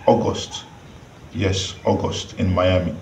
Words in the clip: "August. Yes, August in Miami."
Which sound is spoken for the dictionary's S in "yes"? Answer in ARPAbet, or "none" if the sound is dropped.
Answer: S